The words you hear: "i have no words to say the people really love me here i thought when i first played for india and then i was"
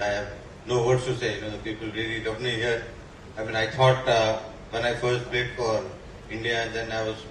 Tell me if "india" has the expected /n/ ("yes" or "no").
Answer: yes